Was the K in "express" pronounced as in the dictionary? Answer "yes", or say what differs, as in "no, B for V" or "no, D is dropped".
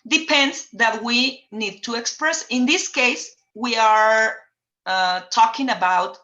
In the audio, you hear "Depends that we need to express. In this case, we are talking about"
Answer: yes